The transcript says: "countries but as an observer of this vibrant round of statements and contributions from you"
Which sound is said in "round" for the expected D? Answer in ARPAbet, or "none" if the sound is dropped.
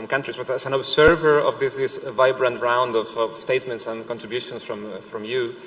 D